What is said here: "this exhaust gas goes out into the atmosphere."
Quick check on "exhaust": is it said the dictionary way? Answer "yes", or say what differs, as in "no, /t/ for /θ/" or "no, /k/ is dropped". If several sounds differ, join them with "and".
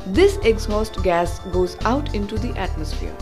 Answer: yes